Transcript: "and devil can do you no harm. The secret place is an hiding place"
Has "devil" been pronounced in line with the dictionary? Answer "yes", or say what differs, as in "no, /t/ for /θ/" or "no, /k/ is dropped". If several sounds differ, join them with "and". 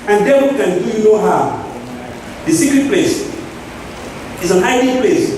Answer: no, /w/ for /v/